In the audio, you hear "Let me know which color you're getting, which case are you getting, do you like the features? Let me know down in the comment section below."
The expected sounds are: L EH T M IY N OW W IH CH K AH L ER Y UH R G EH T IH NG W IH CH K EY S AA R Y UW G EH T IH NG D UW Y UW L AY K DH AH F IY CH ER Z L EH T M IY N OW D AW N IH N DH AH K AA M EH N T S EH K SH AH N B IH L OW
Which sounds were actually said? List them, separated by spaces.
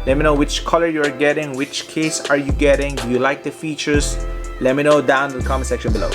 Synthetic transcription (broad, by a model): L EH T M IY N OW W IH CH K AH L ER Y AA R G EH T IH NG W IH CH K EY S AA R Y UW G EH T IH NG D UW Y UW L AY K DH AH F IY CH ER S L EH T M IY N OW D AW IH N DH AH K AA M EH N S EH K SH AH N B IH L OW